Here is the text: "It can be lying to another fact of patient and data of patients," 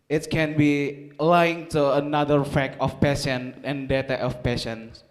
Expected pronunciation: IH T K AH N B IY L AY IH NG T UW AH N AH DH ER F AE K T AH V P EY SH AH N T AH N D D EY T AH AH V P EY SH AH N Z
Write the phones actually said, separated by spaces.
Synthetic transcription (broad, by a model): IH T K AH N B IY L AY IH NG T UW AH N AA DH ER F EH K AH F P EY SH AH N AH N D D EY T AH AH F P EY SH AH N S